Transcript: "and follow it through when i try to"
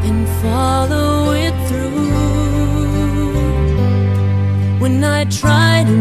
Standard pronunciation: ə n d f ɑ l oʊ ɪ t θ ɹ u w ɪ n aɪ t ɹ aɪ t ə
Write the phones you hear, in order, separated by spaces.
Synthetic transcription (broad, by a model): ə n f ɑ l oʊ ɪ t θ ɹ u w ɪ n aɪ t ɹ aɪ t